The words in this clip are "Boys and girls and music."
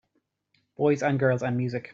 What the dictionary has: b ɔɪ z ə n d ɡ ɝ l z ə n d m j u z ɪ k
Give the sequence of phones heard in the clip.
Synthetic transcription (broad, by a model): b ɔɪ z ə n ɡ ɝ l z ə n m j u z ɪ k